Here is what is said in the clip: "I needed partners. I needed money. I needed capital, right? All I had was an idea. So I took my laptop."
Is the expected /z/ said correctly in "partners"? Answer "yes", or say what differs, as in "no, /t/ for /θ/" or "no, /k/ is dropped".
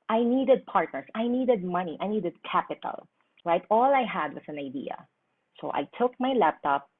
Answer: no, /s/ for /z/